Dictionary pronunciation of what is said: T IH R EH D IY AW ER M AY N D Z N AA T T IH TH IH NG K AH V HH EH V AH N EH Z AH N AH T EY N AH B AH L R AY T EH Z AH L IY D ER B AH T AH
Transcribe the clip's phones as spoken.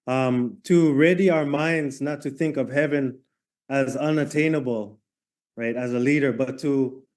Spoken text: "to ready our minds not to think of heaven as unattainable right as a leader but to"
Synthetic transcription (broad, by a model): T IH R EH D IY AW ER M AY N D Z N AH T T IH TH IH NG K AH V HH EH V AH N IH Z AH N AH T EY N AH B L R AY T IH Z AH L IY D ER B AH T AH